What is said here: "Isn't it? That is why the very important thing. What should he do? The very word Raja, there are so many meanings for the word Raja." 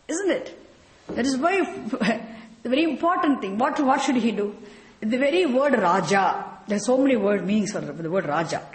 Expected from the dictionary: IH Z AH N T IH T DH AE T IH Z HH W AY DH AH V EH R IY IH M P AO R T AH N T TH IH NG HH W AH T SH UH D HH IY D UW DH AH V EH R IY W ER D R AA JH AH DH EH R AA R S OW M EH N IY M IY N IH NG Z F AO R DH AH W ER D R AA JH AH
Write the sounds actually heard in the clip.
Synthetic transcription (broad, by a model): IH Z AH N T IH T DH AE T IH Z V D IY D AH V EH R IY IH M P AO R T AH N T T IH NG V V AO T SH UH D HH IY D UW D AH V EH R IY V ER D R AA JH AH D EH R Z S OW M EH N IY M IY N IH NG S F AO R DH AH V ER D R AA JH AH